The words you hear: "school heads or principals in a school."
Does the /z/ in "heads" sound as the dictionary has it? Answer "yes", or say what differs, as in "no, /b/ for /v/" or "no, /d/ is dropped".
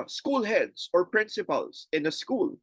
no, /s/ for /z/